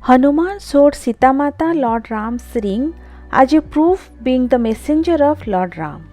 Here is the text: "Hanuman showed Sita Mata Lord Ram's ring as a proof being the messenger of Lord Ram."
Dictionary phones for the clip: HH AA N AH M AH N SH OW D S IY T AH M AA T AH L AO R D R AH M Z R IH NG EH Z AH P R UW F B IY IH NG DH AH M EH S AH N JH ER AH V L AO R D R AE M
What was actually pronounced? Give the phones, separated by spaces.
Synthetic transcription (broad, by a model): HH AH N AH M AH N S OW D S IY T AH M AA T AH L AO R D R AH M S R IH NG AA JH AH P R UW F B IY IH NG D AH M EH S AH N JH ER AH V L AO R D R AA M